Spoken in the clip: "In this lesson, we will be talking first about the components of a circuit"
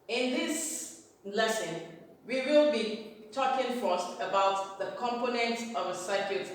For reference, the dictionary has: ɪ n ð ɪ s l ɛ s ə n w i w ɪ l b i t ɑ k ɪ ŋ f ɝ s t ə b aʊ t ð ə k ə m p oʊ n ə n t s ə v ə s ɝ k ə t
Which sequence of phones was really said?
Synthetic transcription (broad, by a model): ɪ n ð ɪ s l ɛ s ə n w i w ɪ l b i t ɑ k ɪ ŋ f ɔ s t ə b aʊ t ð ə k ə m p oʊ n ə n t ə v ə s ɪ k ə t